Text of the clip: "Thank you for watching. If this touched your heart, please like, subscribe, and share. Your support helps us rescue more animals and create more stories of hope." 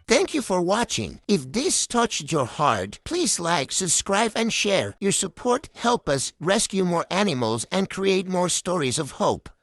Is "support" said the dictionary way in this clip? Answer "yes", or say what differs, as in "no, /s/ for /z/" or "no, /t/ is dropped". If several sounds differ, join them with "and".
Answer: yes